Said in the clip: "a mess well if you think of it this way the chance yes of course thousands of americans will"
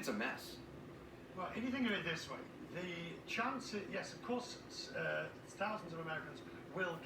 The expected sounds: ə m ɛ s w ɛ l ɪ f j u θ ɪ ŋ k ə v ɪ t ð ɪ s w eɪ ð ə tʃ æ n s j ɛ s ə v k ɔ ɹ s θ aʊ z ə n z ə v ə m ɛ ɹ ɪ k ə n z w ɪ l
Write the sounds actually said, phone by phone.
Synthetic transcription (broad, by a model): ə m ɛ s w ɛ l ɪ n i θ ɪ ŋ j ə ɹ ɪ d ð ɪ s w eɪ ð ə tʃ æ n s j ɛ s ə v k ɔ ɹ s θ aʊ z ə n z ə v ə m ɛ ɹ ɪ k ə n z w ɪ l